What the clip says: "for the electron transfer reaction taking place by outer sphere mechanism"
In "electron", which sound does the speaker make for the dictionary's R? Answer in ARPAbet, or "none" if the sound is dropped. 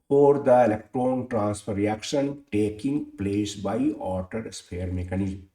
R